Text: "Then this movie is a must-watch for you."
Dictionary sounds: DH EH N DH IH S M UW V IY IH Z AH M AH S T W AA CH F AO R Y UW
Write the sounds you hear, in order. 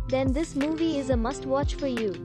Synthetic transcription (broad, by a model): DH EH N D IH S M UW V IY IH Z AH M AH S T W AA CH F AO R Y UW